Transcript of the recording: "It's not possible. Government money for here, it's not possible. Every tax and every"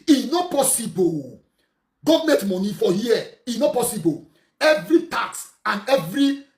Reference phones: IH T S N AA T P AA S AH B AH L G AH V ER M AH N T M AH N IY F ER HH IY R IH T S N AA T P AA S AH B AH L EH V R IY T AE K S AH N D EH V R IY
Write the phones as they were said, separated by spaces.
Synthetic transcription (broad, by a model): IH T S N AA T P AA S AH B AH L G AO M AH T M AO N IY F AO HH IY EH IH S N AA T P AA S AH B AH L EH V R IY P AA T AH N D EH V R IY